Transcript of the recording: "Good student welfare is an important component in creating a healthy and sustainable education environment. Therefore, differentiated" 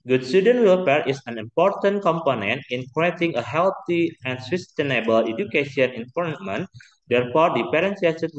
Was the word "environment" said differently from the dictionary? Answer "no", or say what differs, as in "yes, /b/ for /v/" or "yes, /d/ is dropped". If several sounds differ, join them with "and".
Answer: yes, /p/ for /v/